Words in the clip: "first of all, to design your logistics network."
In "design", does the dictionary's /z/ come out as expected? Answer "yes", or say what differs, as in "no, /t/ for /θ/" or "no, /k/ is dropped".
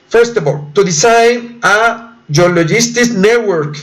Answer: no, /s/ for /z/